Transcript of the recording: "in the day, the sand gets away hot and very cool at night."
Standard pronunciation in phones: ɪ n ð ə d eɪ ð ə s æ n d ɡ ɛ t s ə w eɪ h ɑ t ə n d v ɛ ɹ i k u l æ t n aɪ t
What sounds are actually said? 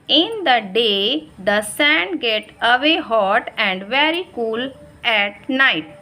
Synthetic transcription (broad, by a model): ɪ n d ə d eɪ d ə s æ n d ɡ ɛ t ə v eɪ h ɑ t ə n d v ɛ ɹ i k u l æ t n aɪ t